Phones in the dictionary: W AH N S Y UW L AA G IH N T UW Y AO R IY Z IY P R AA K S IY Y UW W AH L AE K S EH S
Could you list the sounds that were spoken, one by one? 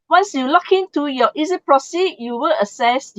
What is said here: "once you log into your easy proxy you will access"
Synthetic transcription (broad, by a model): W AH N S Y UW L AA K IH N T UW Y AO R IY Z IY P R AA S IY Y UW W AH L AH S EH S